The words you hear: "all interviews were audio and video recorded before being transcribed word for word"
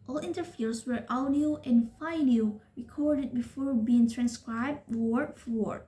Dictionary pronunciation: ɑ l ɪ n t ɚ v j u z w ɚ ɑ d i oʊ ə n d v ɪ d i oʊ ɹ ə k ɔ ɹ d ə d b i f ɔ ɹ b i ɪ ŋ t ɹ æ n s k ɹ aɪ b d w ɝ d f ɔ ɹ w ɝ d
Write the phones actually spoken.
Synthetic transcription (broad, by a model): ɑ l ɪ n t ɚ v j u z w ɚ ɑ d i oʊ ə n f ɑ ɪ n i ɹ ə k ɔ ɹ d ə d b i f ɔ ɹ b i ɪ ŋ t ɹ æ n s k ɹ aɪ b d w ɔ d f ɔ ɹ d